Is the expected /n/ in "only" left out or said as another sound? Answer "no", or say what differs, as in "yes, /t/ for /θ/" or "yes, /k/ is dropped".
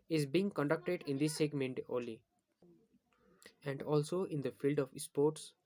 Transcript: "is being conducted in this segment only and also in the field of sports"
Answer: yes, /n/ is dropped